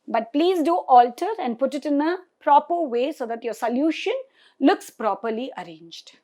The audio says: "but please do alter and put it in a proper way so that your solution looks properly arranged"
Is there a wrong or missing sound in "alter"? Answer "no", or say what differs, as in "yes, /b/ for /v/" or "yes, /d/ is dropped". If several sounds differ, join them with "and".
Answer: no